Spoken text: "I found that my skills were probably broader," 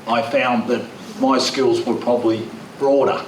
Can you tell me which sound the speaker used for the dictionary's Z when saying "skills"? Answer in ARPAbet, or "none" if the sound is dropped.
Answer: Z